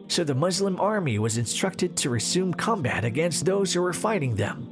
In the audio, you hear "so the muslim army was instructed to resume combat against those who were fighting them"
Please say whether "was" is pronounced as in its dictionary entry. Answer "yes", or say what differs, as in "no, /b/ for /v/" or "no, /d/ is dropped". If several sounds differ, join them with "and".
yes